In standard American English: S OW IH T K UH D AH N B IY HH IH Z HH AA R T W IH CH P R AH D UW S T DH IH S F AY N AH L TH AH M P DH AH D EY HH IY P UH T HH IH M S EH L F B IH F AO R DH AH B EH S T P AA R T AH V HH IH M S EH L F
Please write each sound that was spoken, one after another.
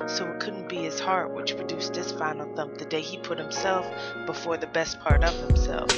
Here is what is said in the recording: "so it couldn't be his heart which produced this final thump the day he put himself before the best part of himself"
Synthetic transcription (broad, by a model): S OW IH T K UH D N B IY IH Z HH AA R T W IH CH P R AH D UW S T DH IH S F AY N L TH AH M P DH AH D EY IY P UH T HH IH M S EH L F B IH F AO R DH AH B EH S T P AA R T AH V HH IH M S EH L F